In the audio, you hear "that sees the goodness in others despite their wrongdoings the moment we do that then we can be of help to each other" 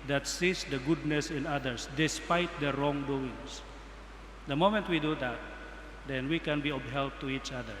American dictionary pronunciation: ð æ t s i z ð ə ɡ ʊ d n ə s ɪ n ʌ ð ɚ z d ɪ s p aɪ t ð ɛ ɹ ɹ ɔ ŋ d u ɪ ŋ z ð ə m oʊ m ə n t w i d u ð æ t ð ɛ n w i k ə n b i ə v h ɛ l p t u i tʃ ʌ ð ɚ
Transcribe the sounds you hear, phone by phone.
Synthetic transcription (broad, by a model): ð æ t s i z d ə ɡ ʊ d n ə s ɪ n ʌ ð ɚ s d ɪ s p aɪ t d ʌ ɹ ɹ ɔ ŋ d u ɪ ŋ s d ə m oʊ m ə n t w i d u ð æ t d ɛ n w i k ə n b i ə b h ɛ l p t u i tʃ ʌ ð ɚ